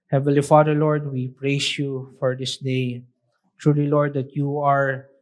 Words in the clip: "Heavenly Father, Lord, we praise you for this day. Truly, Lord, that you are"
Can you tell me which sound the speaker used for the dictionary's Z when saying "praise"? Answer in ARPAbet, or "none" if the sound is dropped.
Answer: S